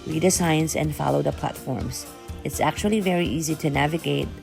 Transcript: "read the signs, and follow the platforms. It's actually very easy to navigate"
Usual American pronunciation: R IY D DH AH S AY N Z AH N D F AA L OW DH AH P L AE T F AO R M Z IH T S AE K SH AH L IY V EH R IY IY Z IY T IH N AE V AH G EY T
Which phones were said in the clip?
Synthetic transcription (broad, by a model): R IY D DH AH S AY N S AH N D F AA L OW DH AH P L AE T F AO R M Z IH T S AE K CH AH L IY V EH R IY IY Z IY T IH N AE V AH G EY T